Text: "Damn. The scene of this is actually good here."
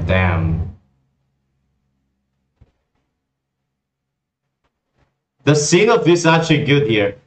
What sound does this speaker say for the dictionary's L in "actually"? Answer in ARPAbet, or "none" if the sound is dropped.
none